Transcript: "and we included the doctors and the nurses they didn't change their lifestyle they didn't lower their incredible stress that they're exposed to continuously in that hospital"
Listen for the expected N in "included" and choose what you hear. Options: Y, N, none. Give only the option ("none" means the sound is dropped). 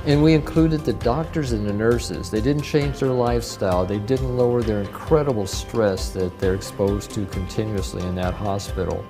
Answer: N